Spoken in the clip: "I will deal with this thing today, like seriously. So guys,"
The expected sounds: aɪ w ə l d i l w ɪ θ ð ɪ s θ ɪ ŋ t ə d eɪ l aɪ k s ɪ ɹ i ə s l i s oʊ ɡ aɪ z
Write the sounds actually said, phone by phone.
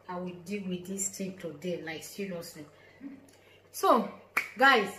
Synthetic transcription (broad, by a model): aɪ w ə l d i l w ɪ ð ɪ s t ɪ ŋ t ə d eɪ l aɪ k s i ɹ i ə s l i s oʊ ɡ aɪ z